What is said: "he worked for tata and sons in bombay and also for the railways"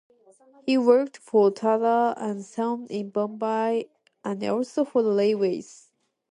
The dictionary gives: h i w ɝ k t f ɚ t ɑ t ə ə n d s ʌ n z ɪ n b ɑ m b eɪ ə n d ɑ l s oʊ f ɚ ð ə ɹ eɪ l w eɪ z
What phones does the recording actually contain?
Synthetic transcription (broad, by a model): h i w ɝ k t f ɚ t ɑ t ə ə n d s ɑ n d ɪ n b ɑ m b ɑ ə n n ɑ l s oʊ f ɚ ð ə l eɪ w eɪ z